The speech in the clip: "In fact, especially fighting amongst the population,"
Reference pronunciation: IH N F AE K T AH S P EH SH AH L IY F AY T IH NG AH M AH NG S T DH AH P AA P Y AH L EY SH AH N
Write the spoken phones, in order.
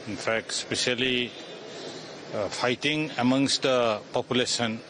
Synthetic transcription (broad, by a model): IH N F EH K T S P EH S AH L IY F AY T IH NG AH M AH NG S T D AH P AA P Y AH L EY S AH N